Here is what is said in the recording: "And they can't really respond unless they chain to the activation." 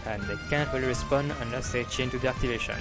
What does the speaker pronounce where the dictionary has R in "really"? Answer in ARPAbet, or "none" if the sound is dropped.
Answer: W